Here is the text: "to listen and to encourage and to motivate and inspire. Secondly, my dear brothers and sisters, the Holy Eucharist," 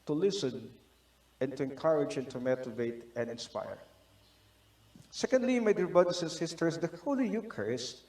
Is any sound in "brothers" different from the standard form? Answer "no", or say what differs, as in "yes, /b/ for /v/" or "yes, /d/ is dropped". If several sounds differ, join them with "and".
yes, /ɹ/ is dropped and /s/ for /z/